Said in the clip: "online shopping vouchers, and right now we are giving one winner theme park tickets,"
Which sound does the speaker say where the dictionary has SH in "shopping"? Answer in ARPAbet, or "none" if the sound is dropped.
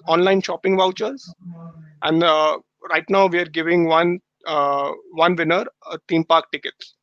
SH